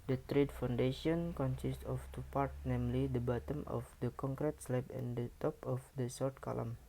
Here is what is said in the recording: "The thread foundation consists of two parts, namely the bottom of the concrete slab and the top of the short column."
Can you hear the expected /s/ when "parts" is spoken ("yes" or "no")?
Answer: no